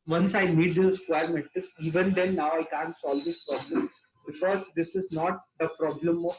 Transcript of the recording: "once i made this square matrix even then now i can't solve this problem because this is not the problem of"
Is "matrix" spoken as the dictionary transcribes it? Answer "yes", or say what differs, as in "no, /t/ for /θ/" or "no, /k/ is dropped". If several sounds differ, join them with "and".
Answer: no, /k/ is dropped